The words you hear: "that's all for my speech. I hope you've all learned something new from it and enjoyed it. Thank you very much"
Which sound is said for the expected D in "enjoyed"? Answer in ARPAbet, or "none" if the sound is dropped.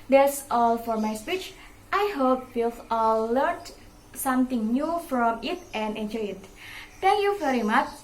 none